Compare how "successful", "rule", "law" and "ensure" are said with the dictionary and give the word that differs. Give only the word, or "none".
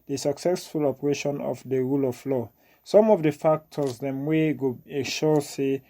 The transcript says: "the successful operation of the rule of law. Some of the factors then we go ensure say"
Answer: ensure